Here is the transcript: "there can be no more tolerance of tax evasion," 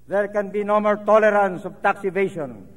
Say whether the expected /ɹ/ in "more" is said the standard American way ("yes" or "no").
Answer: no